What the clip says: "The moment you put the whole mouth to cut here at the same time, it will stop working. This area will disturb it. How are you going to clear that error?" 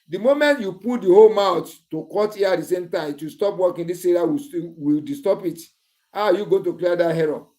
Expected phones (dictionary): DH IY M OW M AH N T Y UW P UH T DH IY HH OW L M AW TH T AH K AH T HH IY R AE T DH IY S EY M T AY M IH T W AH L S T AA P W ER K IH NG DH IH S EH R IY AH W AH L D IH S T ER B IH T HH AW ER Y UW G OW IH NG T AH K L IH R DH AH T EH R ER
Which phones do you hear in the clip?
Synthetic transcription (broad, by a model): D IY M OW M AH N T Y UW P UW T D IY HH OW L M AW T T AH K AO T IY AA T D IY S EY M T AY M IH T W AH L S T AA P W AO K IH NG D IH S EH R IY AH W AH W D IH S T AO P IH T HH AW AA Y UW G OW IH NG T AH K L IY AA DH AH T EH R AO